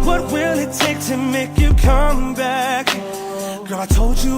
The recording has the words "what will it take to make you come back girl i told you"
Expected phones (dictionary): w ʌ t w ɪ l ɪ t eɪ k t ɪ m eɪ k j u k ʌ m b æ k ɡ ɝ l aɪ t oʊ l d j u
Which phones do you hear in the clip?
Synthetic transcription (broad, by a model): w ʌ t w ɪ l ɪ t eɪ k t ɪ m eɪ k j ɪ k ʌ m b æ k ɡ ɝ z aɪ t oʊ l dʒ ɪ